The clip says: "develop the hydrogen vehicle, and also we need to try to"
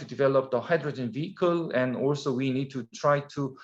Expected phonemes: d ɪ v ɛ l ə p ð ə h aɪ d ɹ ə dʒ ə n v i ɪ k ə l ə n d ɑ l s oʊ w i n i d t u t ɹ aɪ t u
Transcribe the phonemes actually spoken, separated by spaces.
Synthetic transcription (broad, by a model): d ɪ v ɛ l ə p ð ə h aɪ d ɹ ə dʒ ə n v i ɪ k ə l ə n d ɑ l s oʊ w i n i d t u t ɹ aɪ t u